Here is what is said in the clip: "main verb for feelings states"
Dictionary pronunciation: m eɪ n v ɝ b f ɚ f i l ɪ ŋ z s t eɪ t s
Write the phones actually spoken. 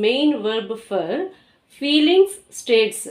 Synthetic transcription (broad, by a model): m eɪ n v ɝ b f ɚ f i l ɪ ŋ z s t eɪ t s